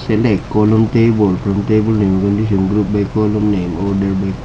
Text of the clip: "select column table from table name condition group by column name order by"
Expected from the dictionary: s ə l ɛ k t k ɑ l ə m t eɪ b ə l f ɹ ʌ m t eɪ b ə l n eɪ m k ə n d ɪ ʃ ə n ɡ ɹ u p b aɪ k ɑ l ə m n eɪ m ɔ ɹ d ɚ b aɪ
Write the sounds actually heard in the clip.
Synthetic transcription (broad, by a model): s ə l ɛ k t k ɑ l ə m t eɪ b ə l p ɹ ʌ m t eɪ b ə l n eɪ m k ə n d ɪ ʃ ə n ɡ ɹ u p b aɪ k ɑ l ə m n eɪ m ɔ ɹ d ɚ b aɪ